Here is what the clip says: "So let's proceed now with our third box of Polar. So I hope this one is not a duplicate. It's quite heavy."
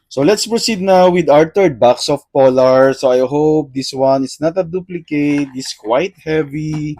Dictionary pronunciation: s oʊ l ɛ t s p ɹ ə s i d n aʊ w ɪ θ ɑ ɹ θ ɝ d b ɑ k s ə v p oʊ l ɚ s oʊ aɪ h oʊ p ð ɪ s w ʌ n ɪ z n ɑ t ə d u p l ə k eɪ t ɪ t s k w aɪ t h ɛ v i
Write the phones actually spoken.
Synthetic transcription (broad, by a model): s oʊ l ɛ t s p ɹ ə s i d n aʊ w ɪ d ɑ ɹ t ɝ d b ɑ k s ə f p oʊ l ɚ s oʊ aɪ h oʊ p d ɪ s w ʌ n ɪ s n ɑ t ə d u p l ə k eɪ t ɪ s k w aɪ t h ɛ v i